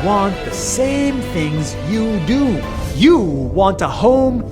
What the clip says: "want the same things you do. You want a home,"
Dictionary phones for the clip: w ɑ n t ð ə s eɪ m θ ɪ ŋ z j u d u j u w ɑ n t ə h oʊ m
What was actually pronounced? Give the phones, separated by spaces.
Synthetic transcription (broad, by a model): w ɑ n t ð ə s eɪ m θ ɪ ŋ z j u d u j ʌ w ɑ n t ə h oʊ m